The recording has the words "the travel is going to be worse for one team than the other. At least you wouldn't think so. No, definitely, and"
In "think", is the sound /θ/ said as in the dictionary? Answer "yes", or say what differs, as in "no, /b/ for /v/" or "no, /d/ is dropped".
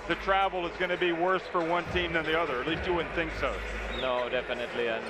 yes